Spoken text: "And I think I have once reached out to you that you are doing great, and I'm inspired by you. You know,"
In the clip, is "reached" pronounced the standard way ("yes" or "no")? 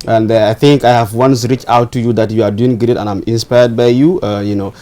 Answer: no